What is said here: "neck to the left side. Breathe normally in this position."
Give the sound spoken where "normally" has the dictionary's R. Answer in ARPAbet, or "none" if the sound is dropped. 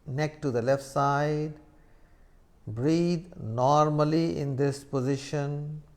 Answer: R